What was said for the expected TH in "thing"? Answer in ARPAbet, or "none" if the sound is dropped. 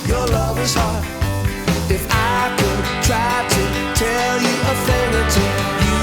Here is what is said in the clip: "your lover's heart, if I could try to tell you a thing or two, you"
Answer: F